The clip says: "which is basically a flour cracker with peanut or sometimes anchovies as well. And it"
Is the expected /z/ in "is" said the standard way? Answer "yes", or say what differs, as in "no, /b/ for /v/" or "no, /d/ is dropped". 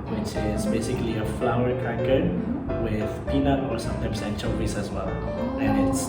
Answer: no, /s/ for /z/